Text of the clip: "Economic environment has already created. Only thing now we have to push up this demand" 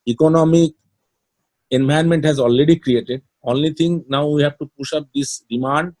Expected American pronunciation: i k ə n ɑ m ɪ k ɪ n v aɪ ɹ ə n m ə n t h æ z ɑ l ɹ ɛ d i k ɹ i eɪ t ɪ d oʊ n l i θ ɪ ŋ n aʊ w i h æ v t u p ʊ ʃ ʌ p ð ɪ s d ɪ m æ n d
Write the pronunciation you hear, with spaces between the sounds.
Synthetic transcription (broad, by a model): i k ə n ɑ m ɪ k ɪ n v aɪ ə n m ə n t h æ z ɑ l ɹ ɛ d i k ɹ i eɪ t ɪ d oʊ n l i t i ŋ n aʊ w i h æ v t u p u ʃ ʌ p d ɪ s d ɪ m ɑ n d